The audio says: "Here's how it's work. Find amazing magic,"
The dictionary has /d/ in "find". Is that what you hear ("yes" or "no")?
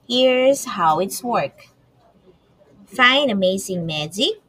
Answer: no